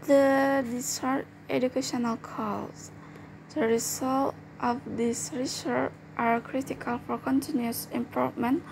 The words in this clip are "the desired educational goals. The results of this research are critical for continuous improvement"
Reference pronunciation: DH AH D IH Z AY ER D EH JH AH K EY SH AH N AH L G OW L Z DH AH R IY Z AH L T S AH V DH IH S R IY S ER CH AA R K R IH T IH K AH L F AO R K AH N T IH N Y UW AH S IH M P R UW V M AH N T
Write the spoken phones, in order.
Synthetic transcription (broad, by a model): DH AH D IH S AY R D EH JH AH K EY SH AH N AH L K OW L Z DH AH R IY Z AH L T AH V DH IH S R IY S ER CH AA R K R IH T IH K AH L F AO R K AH N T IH N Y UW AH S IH M P R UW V M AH N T